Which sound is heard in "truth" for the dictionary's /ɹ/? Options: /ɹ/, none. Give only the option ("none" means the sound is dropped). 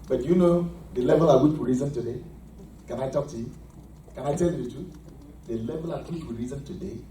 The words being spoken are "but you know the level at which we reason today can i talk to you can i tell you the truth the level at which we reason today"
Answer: none